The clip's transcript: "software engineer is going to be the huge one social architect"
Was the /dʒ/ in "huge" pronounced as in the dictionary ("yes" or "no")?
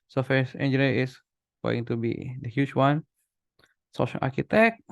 no